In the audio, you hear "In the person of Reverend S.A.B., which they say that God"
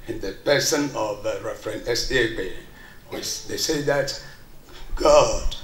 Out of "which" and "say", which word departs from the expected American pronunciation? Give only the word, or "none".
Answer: which